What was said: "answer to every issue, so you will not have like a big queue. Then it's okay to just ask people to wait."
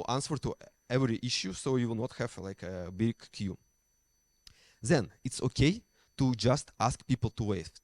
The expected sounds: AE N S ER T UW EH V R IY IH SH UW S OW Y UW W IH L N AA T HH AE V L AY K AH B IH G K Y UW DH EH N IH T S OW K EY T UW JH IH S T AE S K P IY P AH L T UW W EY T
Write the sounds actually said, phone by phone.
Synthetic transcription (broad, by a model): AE N S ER T UW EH V R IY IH SH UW S OW Y UW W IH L N AA T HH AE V L AY K AH B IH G K Y UW DH EH N IH T S OW K EY T UW JH IH S T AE S K P IY P L T UW W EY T